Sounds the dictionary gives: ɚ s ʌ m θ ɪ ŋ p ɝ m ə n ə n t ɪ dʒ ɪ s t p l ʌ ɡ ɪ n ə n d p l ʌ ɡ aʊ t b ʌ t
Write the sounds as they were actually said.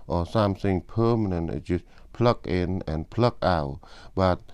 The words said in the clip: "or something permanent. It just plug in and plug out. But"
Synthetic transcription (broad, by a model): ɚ s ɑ m s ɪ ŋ p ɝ m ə n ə n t ɪ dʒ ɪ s p l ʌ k ɪ n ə n p l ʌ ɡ aʊ b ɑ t